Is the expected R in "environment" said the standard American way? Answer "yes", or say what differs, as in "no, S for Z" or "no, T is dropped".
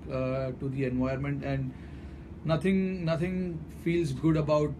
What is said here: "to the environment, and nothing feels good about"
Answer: no, R is dropped